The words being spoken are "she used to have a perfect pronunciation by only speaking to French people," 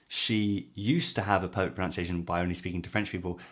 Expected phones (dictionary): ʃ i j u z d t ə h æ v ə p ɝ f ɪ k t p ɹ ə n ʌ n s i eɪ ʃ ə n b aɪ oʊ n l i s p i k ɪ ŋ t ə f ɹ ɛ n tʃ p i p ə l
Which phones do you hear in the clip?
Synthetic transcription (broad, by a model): ʃ i j u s t ə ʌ v ə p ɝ ʊ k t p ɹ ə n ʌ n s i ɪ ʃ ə n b aɪ oʊ n l i s p i k ɪ ŋ t ə f ɹ ɛ n tʃ p i p ə l